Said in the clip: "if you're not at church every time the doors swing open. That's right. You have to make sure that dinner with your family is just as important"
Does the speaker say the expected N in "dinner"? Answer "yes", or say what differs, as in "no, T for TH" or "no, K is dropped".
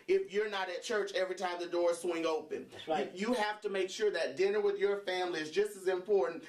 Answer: yes